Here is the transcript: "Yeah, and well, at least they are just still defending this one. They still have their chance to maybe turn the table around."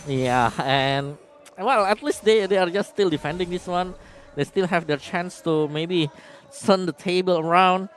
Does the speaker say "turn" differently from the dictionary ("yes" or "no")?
yes